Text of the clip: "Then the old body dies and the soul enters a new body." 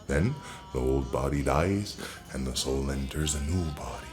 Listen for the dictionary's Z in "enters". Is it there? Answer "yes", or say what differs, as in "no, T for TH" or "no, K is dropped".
yes